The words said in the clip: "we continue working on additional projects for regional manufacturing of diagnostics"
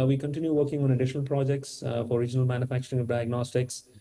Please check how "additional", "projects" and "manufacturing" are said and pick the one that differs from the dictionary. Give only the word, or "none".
none